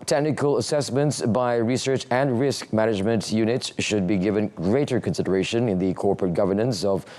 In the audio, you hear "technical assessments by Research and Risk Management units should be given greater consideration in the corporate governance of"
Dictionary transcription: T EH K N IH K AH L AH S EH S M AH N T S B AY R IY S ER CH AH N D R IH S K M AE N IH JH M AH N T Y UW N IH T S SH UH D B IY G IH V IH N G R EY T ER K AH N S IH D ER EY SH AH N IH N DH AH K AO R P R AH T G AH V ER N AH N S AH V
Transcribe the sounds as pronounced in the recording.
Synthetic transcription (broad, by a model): T EH K N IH K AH L AH S EH S M AH N T S B AY R IY S ER CH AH N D R IH S K M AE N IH JH M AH N T Y UW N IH T S SH UH D B IY G IH V IH N G R EY T ER K AH N S IH D ER EY SH AH N IH N DH AH K AO R P R AH T G AH V ER N AH N S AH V